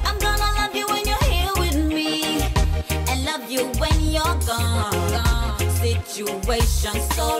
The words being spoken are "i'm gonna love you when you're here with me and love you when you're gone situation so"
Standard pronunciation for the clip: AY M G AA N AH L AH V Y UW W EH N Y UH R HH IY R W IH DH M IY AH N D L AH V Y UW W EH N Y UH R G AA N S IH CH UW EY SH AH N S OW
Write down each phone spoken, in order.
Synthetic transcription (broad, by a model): AY M G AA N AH L AH V Y UW W EH N Y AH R HH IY L W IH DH M IY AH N L AH V Y UW W EH N Y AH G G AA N S IH CH UW EY SH AH N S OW